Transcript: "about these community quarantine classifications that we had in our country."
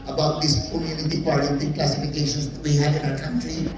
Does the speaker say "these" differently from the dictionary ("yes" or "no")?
yes